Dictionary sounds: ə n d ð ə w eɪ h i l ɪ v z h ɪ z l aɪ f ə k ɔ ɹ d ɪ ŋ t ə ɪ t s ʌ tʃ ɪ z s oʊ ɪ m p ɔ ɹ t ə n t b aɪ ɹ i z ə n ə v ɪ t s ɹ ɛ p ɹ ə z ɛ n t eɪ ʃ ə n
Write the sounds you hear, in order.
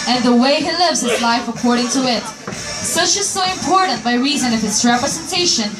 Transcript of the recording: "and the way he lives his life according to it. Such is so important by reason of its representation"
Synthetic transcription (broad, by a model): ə n ð ə w eɪ h i l ɪ v z h ɪ z l aɪ f ə k ɔ ɹ d ɪ ŋ t ə ɪ t s ʌ tʃ ɪ z s oʊ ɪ m p ɔ ɹ t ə n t b aɪ ɹ i z ə n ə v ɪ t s ɹ ɛ p ɹ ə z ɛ n t eɪ ʃ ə n